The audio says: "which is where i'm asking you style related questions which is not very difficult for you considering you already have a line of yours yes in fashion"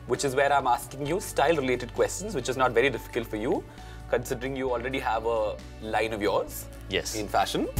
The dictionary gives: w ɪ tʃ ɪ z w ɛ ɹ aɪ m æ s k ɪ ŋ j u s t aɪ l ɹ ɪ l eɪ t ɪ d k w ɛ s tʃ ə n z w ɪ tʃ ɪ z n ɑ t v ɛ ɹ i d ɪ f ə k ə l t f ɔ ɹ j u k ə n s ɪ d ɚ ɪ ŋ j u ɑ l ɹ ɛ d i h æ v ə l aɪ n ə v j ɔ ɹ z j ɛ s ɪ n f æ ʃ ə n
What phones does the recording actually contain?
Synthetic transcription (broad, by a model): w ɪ tʃ ɪ z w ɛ ɹ aɪ m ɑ s k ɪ ŋ j u s t aɪ l ɹ ɪ l eɪ t ɪ d k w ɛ s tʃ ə n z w ɪ tʃ ɪ z n ɑ t v ɛ ɹ i d ɪ f ə k ə l t f ɔ ɹ j u k ə n s ɪ d ɚ ɪ ŋ j u ɑ l ɹ ɛ d i h æ v ə l aɪ n ə v j ɔ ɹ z j ɛ s ɪ n f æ ʃ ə n